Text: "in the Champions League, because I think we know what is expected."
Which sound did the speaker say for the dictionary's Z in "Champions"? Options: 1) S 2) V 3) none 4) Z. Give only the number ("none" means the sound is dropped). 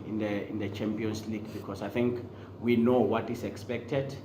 1